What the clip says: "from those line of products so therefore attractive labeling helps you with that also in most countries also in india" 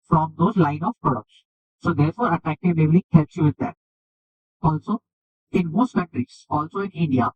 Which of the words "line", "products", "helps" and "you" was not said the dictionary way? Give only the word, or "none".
none